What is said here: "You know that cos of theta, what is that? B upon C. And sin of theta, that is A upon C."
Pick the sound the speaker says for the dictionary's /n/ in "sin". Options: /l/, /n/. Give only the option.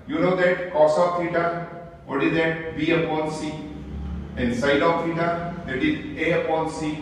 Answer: /l/